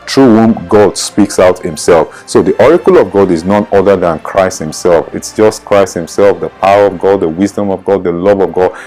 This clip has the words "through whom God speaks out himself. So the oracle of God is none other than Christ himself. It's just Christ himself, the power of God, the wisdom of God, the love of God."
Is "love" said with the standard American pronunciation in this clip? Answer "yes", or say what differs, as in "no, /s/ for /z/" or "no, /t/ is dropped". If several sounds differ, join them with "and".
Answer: yes